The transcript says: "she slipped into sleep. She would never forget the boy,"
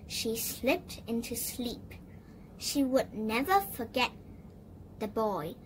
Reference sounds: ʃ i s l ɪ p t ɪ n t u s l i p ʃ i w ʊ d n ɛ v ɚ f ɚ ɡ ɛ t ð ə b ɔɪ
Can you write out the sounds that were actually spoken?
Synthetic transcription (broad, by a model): ʃ i s l ɪ p t ɪ n t u s l i p ʃ i w ʊ d n ɛ v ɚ f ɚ ɡ ɛ t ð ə b ɔɪ